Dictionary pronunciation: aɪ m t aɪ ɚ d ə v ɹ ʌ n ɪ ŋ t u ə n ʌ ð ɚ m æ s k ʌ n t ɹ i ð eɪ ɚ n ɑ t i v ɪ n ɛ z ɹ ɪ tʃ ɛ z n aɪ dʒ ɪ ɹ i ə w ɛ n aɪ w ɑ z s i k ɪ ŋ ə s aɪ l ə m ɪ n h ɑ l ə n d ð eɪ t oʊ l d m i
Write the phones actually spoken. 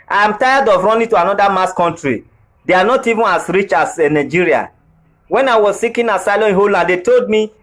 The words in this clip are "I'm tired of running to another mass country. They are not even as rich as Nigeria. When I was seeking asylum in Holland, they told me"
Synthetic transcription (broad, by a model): aɪ m t aɪ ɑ d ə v ɹ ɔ n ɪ t u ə n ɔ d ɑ m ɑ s k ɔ n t ɹ i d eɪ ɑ n ɑ t i v ɪ n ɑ s ɹ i tʃ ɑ s n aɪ dʒ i ɹ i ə w ɛ n aɪ w ɑ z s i k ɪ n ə s aɪ l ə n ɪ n h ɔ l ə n d eɪ t oʊ l d m i